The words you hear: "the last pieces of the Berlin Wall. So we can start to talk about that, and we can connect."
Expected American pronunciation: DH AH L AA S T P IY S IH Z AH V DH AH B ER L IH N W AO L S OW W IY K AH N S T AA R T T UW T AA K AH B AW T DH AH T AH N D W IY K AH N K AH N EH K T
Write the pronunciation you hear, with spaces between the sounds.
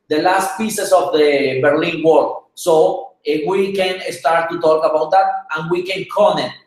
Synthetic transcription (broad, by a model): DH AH L AA S T P IY S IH S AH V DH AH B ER L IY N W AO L S OW W IY K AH N S T AA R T T UW T AA K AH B AW T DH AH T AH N W IY K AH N K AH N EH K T